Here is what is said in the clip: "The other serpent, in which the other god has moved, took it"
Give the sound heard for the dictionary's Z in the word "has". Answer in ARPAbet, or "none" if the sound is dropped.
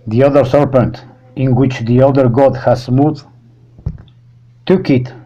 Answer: S